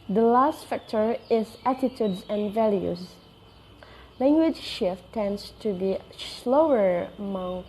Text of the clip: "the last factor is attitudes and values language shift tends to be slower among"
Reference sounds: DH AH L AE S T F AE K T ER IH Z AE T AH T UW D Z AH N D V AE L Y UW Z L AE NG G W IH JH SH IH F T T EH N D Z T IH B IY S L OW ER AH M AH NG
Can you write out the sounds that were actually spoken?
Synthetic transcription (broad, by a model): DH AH L AE S T F AE K T ER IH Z AE T AH T UW D Z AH N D V AE L Y UW Z L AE NG G W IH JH SH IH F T T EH N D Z T IH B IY S L OW ER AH M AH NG